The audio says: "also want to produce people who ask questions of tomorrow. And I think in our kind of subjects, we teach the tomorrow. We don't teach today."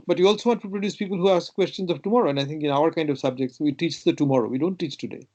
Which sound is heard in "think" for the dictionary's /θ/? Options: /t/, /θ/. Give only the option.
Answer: /t/